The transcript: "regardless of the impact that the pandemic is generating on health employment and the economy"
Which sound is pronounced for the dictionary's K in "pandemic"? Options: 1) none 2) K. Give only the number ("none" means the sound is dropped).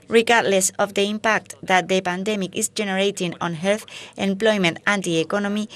2